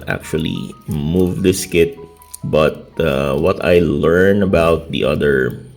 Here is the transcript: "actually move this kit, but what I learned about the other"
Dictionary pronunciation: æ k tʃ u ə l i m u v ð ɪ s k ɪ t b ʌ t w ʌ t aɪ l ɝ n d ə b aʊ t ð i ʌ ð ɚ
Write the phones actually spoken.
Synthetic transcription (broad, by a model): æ k tʃ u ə l i m u v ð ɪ s k ɪ t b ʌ t w ʌ t aɪ l ɝ n ə b aʊ t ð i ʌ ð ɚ